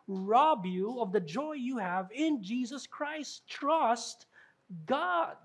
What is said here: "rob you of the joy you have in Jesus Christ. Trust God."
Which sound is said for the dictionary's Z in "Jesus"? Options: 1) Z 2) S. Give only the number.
1